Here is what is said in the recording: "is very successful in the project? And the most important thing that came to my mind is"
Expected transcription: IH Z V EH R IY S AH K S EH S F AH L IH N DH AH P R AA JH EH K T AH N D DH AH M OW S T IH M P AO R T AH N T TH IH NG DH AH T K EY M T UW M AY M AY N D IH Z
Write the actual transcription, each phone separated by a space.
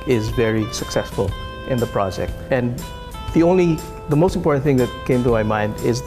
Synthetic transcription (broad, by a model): IH Z V EH R IY S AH K S EH S F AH L IH N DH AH P R AA JH EH K T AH N D DH AH M OW S T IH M P AO R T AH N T TH IH NG DH AH T K EY M T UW M AY M AY N D IH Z